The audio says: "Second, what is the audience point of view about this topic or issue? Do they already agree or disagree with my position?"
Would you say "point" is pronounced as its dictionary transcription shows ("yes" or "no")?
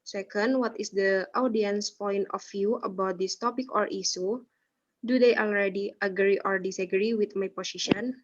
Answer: yes